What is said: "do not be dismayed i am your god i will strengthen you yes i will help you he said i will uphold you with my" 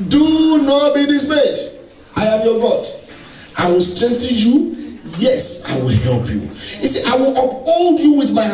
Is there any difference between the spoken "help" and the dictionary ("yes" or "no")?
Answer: no